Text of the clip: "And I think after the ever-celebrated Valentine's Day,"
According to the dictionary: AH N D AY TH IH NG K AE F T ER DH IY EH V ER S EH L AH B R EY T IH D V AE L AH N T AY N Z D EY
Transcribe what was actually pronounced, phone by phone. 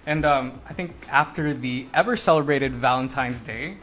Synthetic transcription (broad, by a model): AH N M AY TH IH NG K AE F T ER DH IY EH V ER S EH L AH B R EY T IH D V AE L AH N T AY N Z D EY